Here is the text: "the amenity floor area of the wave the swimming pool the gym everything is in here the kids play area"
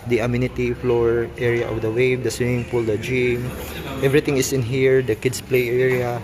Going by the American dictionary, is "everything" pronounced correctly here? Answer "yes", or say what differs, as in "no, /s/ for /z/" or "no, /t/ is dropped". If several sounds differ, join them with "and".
no, /t/ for /θ/